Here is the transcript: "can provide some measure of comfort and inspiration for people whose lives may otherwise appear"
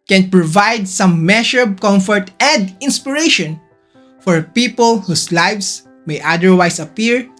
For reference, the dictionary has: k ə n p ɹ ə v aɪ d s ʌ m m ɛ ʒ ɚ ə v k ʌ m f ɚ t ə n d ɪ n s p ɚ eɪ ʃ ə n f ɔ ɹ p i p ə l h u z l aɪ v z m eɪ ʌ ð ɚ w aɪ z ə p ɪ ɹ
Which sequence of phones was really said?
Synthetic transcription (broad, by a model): k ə n p ɹ ə v aɪ d s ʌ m m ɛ ʃ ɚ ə b k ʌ m f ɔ t ə n d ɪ n s p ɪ eɪ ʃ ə n f ɔ ɹ p i p ə l h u s l aɪ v s m eɪ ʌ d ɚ w aɪ s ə p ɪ ɹ